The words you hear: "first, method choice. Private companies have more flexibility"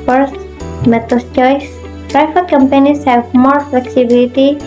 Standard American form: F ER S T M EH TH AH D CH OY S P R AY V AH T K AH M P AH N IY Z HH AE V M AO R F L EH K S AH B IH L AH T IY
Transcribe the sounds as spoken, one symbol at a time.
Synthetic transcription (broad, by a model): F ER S M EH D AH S CH OY S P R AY F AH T K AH M P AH N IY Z HH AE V M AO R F L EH K S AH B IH L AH T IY